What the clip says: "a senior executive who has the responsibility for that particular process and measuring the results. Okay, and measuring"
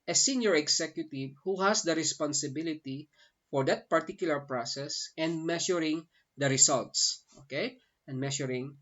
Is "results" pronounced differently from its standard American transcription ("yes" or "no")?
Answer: yes